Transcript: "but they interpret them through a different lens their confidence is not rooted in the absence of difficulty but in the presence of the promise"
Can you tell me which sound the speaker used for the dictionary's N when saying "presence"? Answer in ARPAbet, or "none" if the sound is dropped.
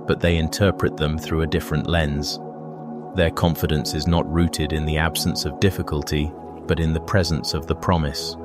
N